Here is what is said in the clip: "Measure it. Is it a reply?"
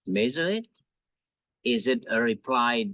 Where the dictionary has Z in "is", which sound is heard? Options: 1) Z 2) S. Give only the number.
1